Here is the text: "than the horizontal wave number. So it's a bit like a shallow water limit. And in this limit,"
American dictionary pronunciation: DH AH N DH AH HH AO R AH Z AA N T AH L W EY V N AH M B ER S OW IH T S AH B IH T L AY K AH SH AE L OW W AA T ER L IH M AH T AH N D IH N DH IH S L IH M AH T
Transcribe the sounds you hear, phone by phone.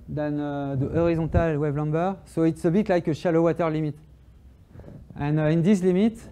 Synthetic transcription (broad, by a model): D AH N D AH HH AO R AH Z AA T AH L W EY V L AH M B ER S OW IH T S AH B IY T L AY K AH SH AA L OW W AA T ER L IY M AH T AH N IH N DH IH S L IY M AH T